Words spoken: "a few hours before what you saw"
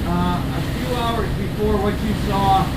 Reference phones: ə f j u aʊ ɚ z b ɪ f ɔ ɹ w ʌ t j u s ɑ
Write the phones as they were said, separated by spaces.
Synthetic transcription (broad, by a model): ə f j u aʊ ɚ z b ɪ f ɔ ɹ w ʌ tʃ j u s ɑ